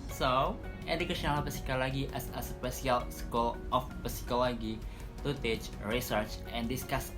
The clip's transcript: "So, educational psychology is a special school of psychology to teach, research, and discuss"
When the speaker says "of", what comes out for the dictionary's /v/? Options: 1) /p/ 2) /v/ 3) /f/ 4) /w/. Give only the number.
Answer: 1